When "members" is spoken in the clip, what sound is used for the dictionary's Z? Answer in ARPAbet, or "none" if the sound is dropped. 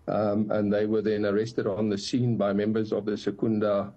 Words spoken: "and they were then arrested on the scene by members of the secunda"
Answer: Z